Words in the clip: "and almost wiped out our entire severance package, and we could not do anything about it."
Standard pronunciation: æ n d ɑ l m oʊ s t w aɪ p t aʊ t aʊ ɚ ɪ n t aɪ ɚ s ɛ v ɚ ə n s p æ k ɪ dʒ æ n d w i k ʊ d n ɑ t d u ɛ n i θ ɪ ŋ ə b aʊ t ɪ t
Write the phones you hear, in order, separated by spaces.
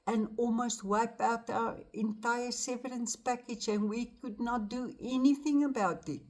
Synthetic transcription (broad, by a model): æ n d ɑ l m oʊ s t w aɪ p aʊ t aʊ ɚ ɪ n t aɪ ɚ s ɛ v ɚ ə n s p æ k ɪ dʒ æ n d w i k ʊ d n ɑ t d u ɛ n i θ ɪ ŋ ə b aʊ t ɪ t